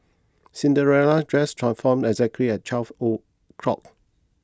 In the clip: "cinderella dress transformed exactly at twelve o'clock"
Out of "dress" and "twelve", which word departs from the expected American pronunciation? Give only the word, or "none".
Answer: twelve